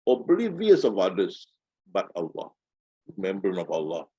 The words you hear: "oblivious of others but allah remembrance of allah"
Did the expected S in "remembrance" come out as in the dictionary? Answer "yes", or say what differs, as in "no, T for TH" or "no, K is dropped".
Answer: no, S is dropped